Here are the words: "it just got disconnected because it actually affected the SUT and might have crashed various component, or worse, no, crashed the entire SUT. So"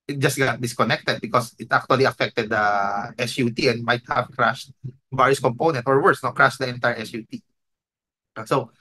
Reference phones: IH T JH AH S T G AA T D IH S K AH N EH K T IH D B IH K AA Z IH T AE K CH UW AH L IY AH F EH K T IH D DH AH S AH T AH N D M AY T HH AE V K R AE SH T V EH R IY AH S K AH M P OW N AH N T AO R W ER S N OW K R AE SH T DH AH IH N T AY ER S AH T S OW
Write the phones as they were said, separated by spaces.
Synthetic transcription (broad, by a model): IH T JH AH S T G AA T D IH S K AH N EH K T IH D B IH K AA S IH T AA K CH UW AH L IY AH F EH K T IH D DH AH S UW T AH N D M AY T HH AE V K R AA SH T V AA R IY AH S K AH M P OW N AH N T AO R W ER S N OW K R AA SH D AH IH N T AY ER S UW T S OW